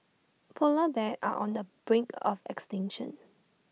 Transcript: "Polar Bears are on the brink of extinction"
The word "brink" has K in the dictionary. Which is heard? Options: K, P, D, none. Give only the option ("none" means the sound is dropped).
K